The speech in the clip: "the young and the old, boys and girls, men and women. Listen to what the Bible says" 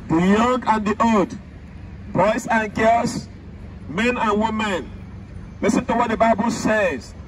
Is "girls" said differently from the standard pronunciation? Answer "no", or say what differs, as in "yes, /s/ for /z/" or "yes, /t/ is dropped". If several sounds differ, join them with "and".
yes, /s/ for /z/